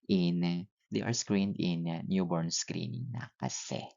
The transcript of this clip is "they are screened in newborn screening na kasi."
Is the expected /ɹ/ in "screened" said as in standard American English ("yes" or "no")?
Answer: yes